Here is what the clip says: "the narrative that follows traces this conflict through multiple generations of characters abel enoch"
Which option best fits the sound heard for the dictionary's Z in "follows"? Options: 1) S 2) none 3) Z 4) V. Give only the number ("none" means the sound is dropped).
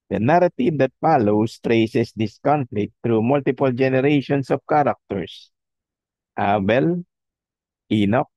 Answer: 1